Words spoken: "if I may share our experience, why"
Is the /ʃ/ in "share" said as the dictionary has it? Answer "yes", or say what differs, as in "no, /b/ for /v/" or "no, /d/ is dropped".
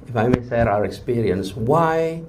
no, /s/ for /ʃ/